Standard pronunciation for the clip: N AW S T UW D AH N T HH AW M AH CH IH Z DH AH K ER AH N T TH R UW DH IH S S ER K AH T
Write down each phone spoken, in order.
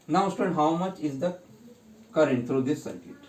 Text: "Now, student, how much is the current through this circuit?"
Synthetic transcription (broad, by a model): N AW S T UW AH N HH AW M AH CH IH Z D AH K ER AH N T T R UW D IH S S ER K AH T